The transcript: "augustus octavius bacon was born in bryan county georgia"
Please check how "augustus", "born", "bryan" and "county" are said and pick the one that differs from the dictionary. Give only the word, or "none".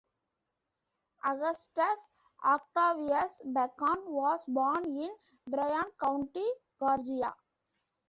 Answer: none